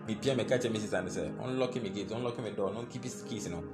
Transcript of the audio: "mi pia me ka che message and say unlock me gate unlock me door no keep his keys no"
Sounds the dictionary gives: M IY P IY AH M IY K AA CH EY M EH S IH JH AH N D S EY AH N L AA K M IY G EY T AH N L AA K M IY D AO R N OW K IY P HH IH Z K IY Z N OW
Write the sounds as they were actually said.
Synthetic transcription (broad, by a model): M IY P IY AH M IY K AA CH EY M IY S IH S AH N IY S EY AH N L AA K M IY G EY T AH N L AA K M IY D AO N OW K IY P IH S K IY S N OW